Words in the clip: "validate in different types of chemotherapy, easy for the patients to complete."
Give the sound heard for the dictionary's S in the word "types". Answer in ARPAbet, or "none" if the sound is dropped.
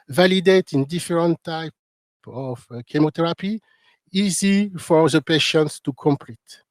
none